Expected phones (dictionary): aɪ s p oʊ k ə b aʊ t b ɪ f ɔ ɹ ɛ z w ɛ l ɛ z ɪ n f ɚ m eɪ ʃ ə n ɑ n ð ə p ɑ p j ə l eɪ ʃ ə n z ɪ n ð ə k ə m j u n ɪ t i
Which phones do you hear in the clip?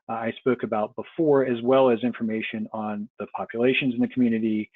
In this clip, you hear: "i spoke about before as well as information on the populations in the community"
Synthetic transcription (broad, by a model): aɪ s p oʊ k ə b aʊ t b ɪ f ɔ ɹ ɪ z w ɛ l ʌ z ɪ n f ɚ m eɪ ʃ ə n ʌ n ð ə p ɑ p j ə l eɪ ʃ ə n z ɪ n ð ə k m j u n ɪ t i